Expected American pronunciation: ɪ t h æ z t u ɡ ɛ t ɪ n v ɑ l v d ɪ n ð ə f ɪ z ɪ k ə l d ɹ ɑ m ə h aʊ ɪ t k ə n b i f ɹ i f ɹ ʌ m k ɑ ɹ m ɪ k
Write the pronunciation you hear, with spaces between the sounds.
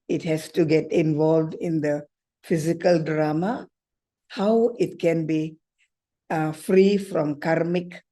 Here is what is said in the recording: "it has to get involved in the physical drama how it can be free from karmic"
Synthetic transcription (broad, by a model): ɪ t h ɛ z t u ɡ ɛ t ɪ n v ɑ l v d ɪ n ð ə f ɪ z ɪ k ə l d ɹ ɑ m ə h aʊ ɪ t k ə n b i f ɹ i f ɹ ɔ m k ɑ ɹ m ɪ k